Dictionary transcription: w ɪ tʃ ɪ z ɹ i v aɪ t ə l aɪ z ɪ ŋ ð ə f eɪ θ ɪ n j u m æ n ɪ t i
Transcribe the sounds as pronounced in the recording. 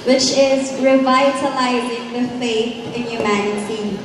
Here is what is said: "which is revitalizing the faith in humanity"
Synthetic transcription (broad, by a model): w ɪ tʃ ɪ z ɹ i v aɪ t ə l aɪ z ɪ ŋ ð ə f eɪ θ ɪ n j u m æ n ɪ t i